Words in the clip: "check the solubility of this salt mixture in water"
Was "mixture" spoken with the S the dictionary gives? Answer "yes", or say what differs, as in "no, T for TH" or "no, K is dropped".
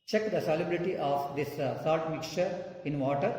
no, S is dropped